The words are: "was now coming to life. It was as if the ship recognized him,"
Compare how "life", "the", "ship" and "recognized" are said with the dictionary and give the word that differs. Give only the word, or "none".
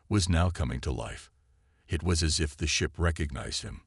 none